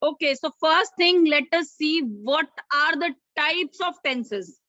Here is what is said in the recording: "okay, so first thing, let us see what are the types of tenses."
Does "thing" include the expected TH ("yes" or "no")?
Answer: no